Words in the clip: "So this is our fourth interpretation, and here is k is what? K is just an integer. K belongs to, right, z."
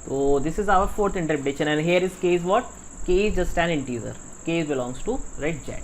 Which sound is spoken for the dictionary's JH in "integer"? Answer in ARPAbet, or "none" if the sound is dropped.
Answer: Z